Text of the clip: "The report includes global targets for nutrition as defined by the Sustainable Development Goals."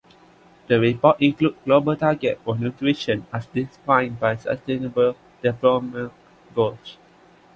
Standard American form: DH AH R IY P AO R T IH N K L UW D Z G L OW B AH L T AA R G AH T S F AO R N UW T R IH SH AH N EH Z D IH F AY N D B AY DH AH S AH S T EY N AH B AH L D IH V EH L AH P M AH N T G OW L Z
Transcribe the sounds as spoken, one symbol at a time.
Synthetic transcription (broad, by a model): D AH R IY P AO T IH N K L UW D G L OW B AH L T AA G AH T F AO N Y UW T R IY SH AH N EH S D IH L AY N B AY S AH S T EY N AH B AH L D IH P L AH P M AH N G OW L S